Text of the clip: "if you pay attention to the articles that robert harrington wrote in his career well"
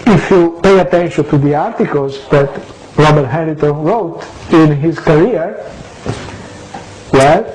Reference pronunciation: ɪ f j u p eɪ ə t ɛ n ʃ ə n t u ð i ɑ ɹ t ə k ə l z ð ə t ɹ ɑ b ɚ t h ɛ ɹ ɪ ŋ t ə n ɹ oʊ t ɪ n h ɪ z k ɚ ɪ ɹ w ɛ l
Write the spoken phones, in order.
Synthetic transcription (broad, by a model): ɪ f j u p eɪ ə t ɛ n ʃ ə n t u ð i ɑ ɹ t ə k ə l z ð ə t ɹ ɑ b ɚ t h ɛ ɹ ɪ t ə n ɹ oʊ t ɪ n h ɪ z k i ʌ ɹ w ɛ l